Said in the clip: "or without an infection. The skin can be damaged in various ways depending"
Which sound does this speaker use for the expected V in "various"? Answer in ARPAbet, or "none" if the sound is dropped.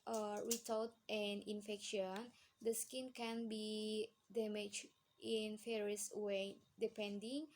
F